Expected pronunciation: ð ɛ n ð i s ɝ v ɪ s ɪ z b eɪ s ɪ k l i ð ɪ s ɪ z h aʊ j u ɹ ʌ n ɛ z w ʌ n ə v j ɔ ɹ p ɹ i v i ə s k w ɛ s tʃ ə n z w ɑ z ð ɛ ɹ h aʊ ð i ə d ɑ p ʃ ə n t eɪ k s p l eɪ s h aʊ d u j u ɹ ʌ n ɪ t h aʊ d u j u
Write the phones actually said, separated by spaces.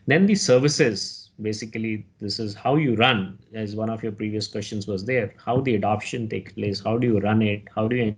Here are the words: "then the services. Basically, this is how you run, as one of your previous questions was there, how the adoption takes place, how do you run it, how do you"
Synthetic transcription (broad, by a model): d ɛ n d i s ɝ v ɪ s ɪ z b eɪ s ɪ k l i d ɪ s ɪ z h aʊ j u ɹ ʌ n ɛ z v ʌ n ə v j ɔ ɹ p ɹ i v i ə s k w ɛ s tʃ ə n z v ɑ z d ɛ ɹ h aʊ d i ə d ɑ p ʃ ə n t eɪ k s p l eɪ s h aʊ d u j u ɹ ʌ n ɪ t h aʊ d u j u